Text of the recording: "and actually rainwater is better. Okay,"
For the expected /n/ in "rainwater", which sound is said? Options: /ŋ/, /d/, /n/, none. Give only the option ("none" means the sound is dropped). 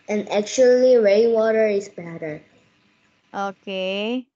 none